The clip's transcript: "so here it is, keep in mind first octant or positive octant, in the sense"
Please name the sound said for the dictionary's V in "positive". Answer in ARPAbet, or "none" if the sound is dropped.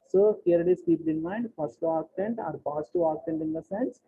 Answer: none